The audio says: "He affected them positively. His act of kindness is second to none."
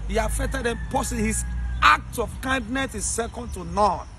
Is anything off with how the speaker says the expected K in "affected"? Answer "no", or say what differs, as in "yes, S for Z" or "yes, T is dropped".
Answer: yes, K is dropped